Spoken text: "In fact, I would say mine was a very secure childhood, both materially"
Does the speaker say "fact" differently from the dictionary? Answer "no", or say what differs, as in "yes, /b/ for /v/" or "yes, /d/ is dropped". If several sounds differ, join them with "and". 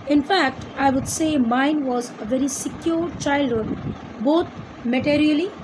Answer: no